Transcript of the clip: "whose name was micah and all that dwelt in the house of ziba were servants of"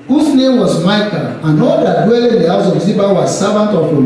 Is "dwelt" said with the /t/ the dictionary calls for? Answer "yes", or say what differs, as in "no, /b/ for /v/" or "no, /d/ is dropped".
no, /t/ is dropped